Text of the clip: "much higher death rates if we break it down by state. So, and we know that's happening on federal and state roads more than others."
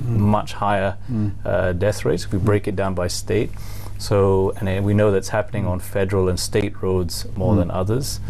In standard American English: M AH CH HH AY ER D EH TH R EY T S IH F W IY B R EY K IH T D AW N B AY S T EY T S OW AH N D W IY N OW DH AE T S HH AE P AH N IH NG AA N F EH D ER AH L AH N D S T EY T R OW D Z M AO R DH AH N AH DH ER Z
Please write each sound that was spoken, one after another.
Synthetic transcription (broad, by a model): M AH CH HH AY ER D EH TH R EY T S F W IY B R EY K IH T D AW N B AY S T EY T S OW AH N W IY N OW DH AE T S HH AE P AH N IH NG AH N F EH D ER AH L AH N S T EY T R OW D Z M AO R DH AH N AH DH ER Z